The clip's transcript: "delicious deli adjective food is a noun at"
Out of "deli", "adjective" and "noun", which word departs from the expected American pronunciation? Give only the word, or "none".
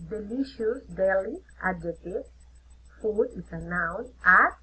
adjective